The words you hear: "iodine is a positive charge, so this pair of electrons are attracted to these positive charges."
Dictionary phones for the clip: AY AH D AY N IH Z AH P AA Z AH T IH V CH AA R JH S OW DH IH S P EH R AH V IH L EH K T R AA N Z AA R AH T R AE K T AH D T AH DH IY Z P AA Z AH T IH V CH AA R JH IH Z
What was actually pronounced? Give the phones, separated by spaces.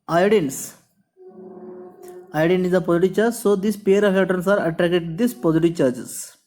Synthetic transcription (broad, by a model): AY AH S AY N IH Z AH P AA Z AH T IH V CH AA R JH S OW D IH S P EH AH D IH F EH T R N S AA R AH T R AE K T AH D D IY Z P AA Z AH T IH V CH AA R JH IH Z